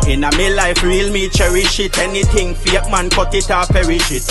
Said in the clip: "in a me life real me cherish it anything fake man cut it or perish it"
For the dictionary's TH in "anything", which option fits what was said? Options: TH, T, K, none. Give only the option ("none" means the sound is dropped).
T